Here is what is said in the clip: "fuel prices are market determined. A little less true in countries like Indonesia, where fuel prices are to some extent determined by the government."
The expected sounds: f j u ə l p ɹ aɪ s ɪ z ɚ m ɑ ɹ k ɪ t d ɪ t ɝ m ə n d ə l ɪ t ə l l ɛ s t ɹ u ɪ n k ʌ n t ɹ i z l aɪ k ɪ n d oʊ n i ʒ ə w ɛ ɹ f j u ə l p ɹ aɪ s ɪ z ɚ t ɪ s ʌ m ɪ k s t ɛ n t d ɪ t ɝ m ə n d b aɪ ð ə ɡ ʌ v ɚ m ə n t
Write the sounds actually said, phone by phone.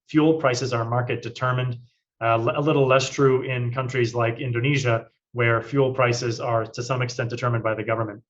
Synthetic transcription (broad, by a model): f j u l p ɹ aɪ s ɪ z ɚ m ɑ ɹ k ɪ t d ɪ t ɝ m ə n d ə l ɪ t l l ɛ s t ɹ u ɪ n k ʌ n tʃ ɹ i z l aɪ k ɪ n d oʊ n i ʒ ə w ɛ ɹ f j u l p ɹ aɪ s ɪ z ɚ t ɪ s ʌ m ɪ k s t ɛ n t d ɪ t ɝ m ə n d b aɪ ð ə ɡ ʌ v ɚ m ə n t